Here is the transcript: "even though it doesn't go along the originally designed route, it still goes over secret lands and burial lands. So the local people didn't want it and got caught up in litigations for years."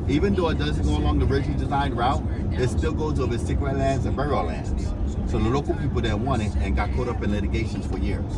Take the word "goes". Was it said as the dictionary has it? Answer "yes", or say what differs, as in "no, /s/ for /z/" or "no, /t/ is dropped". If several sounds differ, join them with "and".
yes